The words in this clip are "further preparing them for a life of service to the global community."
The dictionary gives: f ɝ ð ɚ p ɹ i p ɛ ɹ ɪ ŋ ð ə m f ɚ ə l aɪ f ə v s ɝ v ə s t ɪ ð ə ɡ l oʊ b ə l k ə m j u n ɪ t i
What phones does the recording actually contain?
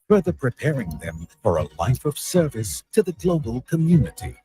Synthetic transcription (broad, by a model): f ɝ ð ɚ p ɹ i p ɛ ɹ ɪ ŋ ð ə m f ɚ ə l aɪ f ə v s ɝ v ə s t ɪ ð ə ɡ l oʊ b ə l k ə m j u n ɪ t i